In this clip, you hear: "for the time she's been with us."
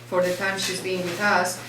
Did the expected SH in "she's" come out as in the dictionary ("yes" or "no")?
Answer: yes